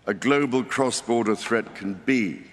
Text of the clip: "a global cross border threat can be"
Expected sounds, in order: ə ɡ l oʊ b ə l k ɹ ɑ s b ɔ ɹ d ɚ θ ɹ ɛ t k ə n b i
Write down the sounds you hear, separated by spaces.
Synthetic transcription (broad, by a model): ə ɡ l oʊ b ə l k ɹ ɑ s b ɔ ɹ d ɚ θ ɹ ɛ t k ə n b i